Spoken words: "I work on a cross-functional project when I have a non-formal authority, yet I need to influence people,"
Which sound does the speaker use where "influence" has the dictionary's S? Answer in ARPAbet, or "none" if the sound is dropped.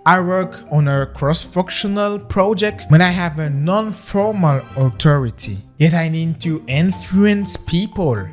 S